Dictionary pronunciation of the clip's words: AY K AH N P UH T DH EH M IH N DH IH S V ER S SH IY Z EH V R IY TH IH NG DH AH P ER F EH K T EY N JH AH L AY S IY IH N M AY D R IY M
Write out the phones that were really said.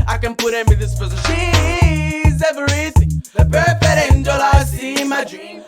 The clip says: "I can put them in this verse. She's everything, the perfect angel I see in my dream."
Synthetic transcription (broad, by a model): AY K AH N P UH T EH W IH DH IH S P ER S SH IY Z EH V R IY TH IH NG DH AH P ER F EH T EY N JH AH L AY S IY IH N M AY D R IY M